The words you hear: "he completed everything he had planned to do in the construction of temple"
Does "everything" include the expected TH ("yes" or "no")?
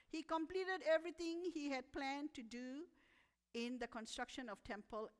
no